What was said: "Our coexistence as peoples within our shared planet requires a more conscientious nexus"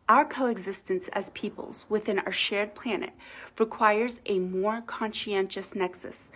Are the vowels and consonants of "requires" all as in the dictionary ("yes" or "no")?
yes